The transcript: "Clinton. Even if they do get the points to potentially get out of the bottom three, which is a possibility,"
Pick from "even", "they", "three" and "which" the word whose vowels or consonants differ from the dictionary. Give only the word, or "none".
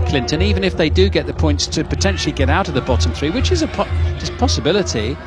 none